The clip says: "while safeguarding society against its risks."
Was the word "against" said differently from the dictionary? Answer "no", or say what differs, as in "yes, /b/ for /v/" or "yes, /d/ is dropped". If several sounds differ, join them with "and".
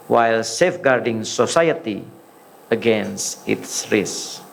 yes, /t/ is dropped